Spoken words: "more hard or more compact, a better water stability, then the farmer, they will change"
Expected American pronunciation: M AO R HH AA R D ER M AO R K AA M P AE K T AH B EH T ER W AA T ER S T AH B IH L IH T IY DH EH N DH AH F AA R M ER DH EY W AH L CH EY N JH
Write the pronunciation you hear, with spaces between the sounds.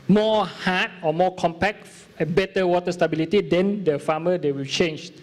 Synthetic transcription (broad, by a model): M AO HH AA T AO M AO K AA M P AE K AH B EH T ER W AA T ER S T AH B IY L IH T IY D EH N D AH F AA M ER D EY W AH L CH EY N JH